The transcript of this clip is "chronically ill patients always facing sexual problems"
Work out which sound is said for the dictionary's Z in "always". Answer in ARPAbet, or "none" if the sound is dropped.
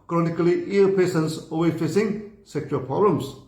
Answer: none